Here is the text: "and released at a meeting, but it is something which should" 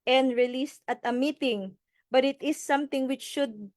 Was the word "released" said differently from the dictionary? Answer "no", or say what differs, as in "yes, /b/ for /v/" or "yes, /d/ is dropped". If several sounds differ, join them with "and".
no